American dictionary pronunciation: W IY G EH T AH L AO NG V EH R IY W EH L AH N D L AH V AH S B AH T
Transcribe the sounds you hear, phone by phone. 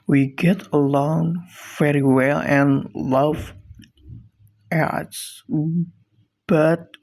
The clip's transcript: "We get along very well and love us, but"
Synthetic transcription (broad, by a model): W IY G EH T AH L AO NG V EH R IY W EH L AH N L AH V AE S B AH T